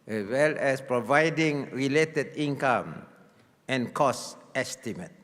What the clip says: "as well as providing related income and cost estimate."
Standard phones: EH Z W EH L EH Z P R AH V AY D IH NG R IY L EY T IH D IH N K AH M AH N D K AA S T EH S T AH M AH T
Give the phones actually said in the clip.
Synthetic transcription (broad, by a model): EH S W EH L EH S P R AH V AY D IH NG R IY L EY T IH D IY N K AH M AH N K AA S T EH S T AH M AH T